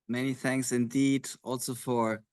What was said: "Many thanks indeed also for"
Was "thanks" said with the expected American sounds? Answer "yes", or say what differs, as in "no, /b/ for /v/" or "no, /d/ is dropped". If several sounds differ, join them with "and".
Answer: yes